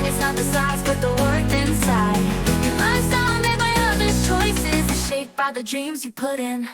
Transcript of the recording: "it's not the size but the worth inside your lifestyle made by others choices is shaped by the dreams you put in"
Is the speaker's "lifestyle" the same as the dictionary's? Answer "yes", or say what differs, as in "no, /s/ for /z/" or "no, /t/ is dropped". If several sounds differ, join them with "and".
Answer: no, /f/ is dropped